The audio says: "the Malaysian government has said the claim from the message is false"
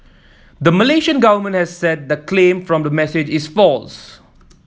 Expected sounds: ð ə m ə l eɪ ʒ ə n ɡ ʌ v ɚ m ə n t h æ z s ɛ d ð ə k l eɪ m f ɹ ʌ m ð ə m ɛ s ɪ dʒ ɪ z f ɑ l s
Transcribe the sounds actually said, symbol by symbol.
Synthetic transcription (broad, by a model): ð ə m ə l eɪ ʃ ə n ɡ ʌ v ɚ m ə n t h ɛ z s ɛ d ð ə k l eɪ m f ɹ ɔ m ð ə m ɛ s ɪ dʒ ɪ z f ɑ l s